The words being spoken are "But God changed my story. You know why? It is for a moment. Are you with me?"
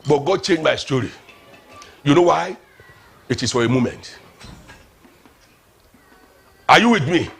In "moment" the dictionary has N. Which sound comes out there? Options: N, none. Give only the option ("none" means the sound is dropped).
N